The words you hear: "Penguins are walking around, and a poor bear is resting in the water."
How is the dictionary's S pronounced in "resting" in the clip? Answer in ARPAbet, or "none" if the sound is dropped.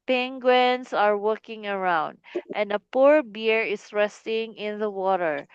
S